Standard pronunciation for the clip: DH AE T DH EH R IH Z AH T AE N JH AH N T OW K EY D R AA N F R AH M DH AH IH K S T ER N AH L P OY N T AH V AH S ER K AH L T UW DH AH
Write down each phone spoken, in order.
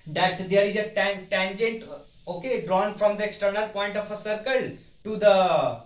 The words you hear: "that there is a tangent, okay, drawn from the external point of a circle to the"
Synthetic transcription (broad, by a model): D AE T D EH R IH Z AH T AE N JH AH N T OW K EY D R AA N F R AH M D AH IH K S T ER N AH L P OY N T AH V AH S ER K AH L T UW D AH